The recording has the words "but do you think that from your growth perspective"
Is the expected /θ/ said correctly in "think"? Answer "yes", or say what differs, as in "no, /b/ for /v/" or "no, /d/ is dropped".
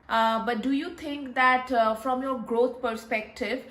no, /t/ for /θ/